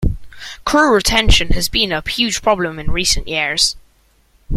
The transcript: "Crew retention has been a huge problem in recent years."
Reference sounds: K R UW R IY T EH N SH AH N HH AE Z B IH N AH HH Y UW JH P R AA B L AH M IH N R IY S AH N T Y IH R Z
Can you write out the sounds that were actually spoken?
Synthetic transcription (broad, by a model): K R UW R IY T EH N SH AH N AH Z B IH N AH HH Y UW ZH P R AA B L AH M IH N R IY S AH N T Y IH R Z